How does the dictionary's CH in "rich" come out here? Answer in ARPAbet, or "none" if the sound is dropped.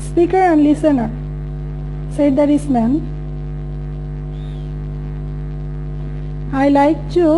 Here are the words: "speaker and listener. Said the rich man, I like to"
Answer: S